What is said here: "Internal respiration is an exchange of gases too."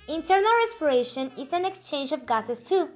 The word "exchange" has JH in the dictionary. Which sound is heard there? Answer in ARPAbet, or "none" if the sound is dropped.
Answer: JH